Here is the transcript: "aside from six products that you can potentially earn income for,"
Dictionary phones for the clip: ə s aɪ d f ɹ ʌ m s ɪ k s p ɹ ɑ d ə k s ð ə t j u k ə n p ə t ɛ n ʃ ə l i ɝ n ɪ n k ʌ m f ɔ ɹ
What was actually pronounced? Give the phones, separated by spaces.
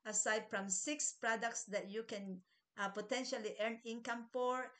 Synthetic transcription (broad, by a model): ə s aɪ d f ɹ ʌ m s ɪ k s p ɹ ɑ d ə k s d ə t j u k ə n p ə t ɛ n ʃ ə l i ɝ n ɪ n k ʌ m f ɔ ɹ